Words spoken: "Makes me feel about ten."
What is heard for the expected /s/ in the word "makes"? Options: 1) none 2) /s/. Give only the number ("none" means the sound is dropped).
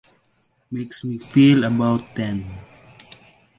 2